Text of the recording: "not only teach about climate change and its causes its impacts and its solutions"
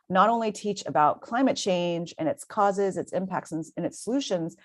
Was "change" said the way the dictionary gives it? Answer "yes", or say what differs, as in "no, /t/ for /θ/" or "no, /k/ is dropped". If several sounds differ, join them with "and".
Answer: yes